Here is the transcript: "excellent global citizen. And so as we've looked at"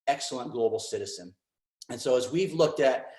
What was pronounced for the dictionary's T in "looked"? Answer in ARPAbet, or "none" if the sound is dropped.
T